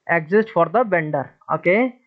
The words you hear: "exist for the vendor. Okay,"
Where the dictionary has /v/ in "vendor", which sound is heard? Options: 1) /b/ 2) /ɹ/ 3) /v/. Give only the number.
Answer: 1